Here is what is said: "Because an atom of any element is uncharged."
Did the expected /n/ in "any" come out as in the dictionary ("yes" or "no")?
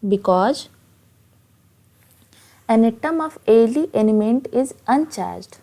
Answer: no